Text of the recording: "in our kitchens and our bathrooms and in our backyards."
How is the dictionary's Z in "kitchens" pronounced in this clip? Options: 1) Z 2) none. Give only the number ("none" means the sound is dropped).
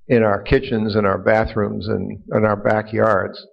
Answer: 1